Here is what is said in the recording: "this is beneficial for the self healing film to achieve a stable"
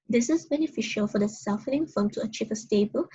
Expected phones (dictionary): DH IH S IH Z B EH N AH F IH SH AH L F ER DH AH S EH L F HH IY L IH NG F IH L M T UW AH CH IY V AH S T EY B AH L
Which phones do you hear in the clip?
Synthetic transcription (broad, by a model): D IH S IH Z B EH N AH F IH SH AH L F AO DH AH S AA F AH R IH NG F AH M T UW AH CH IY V AH S T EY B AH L